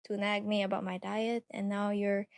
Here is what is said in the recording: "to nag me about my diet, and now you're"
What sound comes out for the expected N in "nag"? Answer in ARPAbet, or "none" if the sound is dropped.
N